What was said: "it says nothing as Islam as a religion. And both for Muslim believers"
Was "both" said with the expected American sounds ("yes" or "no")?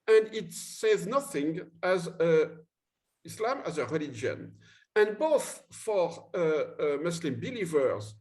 yes